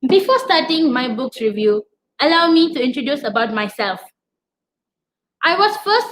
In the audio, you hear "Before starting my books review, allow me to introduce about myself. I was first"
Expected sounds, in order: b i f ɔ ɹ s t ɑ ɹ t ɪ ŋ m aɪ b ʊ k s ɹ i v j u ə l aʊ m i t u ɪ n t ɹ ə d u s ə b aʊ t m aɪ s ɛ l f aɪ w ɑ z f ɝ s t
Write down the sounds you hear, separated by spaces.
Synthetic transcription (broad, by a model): b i f ɔ s t ɑ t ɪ ŋ m aɪ b ʊ k s ɹ i v j u ə l aʊ m i t u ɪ n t ɹ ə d u s ə b aʊ t m aɪ s ɛ l f aɪ w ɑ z f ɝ s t